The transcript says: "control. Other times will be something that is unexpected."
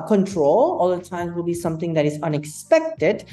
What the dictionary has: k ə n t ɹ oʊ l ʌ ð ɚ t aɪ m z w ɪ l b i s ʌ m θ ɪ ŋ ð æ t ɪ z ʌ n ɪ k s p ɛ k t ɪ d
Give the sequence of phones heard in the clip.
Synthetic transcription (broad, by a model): k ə n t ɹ oʊ l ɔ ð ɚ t aɪ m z w ɪ l b i s ʌ m t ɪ ŋ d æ t ɪ z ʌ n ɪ k s p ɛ k t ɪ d